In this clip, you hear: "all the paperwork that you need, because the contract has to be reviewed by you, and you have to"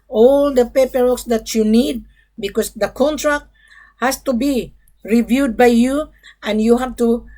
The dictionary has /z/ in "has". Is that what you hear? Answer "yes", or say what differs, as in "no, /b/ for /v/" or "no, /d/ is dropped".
no, /s/ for /z/